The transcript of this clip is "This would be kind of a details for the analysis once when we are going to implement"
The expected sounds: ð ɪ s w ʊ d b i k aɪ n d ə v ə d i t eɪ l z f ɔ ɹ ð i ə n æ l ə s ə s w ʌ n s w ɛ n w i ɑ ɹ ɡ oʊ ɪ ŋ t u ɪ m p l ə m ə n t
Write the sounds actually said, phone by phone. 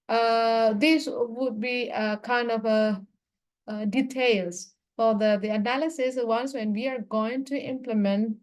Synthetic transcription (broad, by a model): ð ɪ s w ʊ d b i k aɪ n d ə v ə d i t eɪ l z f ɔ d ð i ə n æ l ə s ə s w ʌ n s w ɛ n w i ɑ ɹ ɡ oʊ ɪ ŋ t u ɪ m p l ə m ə n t